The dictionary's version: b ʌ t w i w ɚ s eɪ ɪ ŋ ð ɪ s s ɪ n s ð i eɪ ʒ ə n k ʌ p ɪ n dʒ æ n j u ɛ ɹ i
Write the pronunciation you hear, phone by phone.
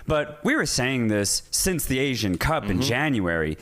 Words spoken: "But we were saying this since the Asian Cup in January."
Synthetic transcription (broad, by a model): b ʌ t w i w ɚ s eɪ ɪ ŋ ð ɪ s s ɪ n s ð i eɪ ʒ ə n k ʌ p ɪ n dʒ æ n j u ɛ ɹ i